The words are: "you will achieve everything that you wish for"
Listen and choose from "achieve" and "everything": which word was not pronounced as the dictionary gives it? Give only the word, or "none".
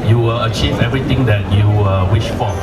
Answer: everything